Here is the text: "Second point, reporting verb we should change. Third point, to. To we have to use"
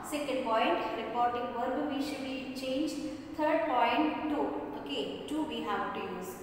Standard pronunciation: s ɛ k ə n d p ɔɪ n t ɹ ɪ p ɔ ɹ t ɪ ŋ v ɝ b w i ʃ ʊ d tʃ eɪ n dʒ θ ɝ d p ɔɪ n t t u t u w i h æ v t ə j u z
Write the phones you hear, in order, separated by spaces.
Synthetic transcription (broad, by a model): s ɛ k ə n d p ɔɪ n t ɹ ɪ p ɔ ɹ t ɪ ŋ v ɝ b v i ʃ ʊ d tʃ eɪ n dʒ t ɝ d p ɔɪ n t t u t u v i h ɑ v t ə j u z